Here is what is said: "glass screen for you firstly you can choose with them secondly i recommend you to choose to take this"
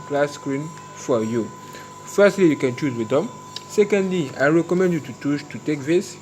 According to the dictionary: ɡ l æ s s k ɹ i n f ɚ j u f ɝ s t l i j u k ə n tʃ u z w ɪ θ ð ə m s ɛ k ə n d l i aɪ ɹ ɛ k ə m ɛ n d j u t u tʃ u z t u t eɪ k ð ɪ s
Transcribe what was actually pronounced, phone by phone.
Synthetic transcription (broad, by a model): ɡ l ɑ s s k ɹ i n f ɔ j u f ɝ s t l i j u k ə n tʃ u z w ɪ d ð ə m s ɛ k ə n d l i aɪ ɹ ɛ k ə m ɛ n d j u t u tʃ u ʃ t u t eɪ k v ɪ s